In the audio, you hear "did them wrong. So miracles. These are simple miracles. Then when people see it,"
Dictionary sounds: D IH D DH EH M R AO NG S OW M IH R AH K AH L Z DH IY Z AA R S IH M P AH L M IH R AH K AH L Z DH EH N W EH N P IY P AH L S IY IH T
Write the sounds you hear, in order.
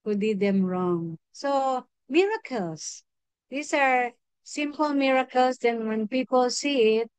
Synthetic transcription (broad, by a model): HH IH D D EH M R AO NG S OW M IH R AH K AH L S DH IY S AA R S IH M P AH L M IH R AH K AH L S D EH N W EH N P IY P AH L S IY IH T